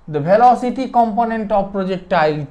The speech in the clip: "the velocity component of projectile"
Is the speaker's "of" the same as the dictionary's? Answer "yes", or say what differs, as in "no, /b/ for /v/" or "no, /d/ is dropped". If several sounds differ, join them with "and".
no, /b/ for /v/